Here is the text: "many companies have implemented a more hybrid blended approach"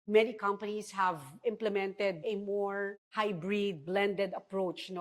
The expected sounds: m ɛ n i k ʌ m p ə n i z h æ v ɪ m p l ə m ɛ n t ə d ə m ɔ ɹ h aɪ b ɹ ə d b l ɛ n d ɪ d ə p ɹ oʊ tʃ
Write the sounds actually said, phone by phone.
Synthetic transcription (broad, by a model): m ɛ n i k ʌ m p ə n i s h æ v ɪ m p l ə m ɛ n t ə d ə m ɔ ɹ h aɪ b ɹ ə d b l ɛ n d ɪ d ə p ɹ oʊ tʃ